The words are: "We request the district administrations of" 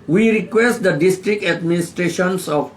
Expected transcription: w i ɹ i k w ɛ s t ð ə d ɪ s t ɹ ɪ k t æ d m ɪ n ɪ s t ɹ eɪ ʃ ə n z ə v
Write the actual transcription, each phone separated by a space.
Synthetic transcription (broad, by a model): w i ɹ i k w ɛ s t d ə d ɪ s t ɹ ɪ k t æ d m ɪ n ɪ s t ɹ eɪ ʃ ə n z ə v